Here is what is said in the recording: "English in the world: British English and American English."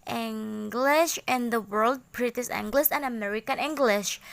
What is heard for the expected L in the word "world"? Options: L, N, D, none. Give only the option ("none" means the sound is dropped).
L